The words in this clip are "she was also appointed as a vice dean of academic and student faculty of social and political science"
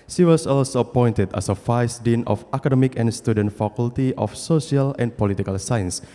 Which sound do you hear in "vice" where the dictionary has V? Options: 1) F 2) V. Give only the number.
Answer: 1